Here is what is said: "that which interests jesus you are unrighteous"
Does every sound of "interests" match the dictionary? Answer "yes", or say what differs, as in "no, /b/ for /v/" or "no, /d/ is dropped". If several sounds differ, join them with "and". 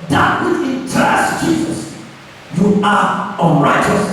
no, /n/ is dropped and /s/ is dropped